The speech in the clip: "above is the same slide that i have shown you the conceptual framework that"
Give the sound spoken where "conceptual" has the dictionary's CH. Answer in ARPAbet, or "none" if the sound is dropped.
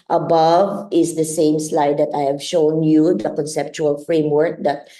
CH